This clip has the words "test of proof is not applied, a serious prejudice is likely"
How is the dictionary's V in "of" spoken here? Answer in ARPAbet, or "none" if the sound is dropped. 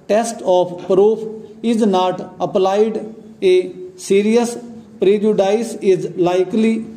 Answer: P